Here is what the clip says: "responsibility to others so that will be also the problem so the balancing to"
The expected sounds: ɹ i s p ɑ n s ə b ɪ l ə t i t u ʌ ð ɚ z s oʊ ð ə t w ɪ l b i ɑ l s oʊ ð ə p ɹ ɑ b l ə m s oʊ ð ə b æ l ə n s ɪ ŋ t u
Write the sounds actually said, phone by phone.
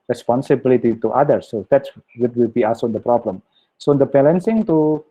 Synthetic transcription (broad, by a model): ɹ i s p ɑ n s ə b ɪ l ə t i t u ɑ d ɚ s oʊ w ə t w ɪ l b i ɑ s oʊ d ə p ɹ ɑ b l ə m s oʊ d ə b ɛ l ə n s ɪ ŋ t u